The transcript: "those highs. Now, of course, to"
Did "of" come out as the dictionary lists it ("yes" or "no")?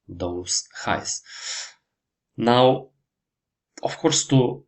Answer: no